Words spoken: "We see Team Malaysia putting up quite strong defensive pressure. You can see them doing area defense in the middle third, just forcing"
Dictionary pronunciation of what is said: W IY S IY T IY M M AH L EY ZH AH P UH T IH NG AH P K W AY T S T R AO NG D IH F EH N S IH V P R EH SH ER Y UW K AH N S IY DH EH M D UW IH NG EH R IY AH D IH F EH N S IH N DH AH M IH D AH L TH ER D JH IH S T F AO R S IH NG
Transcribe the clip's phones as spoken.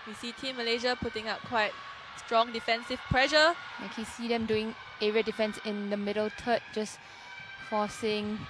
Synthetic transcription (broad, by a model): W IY S IY T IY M M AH L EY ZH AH P UH T IH NG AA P K W AY T S T R AO NG D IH F EH N S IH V P R EH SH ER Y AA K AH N S IY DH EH M D UW IH NG EH R IY AH D IH F EH N S IH N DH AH M IH D AH L T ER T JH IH S F AO S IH NG